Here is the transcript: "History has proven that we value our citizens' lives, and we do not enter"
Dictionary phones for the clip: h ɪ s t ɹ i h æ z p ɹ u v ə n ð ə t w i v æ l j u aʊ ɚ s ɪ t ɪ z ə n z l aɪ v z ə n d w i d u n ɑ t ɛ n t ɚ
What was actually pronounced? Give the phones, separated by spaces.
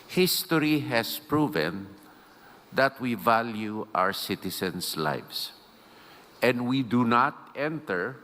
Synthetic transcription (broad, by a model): h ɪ s t ɹ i h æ s p ɹ u v ə n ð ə t w i v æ l j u aʊ ɚ s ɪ t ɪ s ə n s l aɪ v s ə n d w i d u n ɑ t ɛ n t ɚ